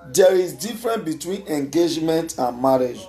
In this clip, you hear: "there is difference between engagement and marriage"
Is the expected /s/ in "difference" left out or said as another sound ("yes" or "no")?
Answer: yes